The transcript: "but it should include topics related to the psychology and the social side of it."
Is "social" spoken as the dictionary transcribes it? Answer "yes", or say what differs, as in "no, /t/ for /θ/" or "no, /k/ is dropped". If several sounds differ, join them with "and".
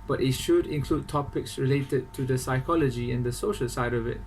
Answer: yes